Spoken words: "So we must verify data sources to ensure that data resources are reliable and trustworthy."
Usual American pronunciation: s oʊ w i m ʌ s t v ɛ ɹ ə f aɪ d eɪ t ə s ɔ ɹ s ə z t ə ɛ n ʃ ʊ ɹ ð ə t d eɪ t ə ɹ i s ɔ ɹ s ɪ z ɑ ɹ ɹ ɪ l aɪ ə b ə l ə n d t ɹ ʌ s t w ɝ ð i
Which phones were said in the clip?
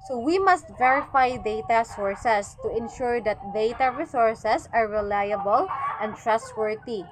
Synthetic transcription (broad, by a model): s oʊ w i m ʌ s t v ɛ ɹ ə f aɪ d eɪ t ə s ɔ ɹ s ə s t ə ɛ n ʃ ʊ ɹ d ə t d eɪ t ə ɹ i s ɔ ɹ s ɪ s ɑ ɹ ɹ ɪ l aɪ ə b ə l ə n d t ɹ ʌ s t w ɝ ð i